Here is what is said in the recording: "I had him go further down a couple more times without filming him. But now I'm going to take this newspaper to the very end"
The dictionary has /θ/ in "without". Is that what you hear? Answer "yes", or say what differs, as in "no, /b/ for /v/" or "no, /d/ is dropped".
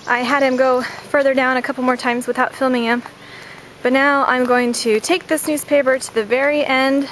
yes